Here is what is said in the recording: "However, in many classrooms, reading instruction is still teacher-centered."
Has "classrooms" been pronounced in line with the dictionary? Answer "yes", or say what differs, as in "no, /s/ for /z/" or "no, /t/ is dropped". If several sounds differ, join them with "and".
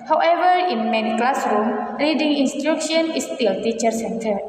no, /z/ is dropped